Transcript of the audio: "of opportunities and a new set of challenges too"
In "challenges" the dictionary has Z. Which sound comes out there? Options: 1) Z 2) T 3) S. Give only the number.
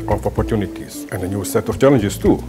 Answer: 3